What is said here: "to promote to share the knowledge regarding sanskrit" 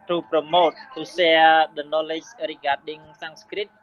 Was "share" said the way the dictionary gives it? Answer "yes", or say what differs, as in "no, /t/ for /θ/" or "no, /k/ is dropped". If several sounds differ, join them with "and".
no, /s/ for /ʃ/